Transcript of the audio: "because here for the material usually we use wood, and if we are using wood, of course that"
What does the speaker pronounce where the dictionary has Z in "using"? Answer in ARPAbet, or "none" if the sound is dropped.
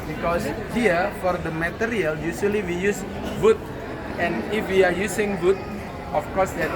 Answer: S